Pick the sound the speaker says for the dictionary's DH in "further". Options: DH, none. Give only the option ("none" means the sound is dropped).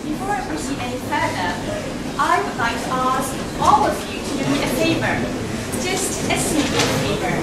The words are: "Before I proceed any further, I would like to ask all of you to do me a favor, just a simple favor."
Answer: none